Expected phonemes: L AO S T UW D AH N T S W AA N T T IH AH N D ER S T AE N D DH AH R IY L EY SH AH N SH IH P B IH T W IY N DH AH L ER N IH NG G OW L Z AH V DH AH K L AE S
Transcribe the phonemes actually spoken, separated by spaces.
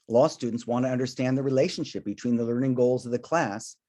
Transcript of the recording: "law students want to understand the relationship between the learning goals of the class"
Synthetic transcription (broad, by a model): L AO S T UW D N T S W AA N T T IH AH N D ER S T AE N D DH AH R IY L EY SH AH N SH IH P B IH T W IY N DH AH L ER N IH NG G OW L Z AH V DH AH K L AE S